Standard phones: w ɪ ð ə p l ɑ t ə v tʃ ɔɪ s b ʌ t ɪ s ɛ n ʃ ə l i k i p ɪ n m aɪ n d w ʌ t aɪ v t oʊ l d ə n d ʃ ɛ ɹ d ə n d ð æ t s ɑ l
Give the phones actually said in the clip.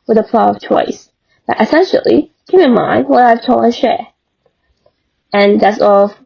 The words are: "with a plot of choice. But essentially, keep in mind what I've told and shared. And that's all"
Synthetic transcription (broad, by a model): w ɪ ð ə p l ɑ ə v tʃ ɔɪ s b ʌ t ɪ s ɛ n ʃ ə l i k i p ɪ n m aɪ n d w ʌ t aɪ v t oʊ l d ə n ʃ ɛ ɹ ə n ð æ t s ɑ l